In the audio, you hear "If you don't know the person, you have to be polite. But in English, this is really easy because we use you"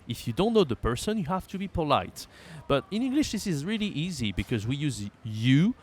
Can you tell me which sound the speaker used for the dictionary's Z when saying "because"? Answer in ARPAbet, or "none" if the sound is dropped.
Z